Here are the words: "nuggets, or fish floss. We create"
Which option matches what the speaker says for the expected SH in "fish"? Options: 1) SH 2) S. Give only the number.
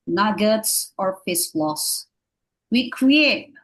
2